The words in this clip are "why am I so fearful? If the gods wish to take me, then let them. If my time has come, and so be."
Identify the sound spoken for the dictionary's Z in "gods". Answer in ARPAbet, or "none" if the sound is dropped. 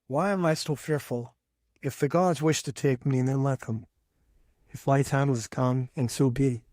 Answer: Z